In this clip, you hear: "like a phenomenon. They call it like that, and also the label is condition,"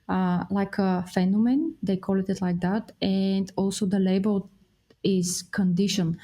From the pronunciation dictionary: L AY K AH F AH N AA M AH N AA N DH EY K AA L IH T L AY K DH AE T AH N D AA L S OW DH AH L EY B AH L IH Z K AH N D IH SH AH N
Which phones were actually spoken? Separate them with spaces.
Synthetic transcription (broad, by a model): L AY K AH F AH N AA M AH N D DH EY K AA L IH T L AY K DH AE T AH N D AA L S OW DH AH L EY B AH L IH Z K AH N D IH SH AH N